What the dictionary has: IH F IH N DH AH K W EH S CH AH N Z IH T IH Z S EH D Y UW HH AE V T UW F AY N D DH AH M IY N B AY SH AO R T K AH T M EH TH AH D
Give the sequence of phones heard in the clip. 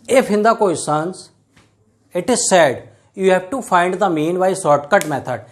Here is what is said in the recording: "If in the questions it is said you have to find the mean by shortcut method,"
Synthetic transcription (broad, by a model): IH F IH N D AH K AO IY S AH N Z IH T IH Z S EH D Y UW HH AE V T UW F AY N D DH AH M IY N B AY S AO R T K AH T M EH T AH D